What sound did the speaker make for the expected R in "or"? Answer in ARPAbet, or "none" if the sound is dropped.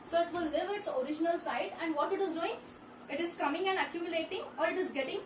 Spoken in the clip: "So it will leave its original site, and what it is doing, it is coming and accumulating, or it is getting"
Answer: R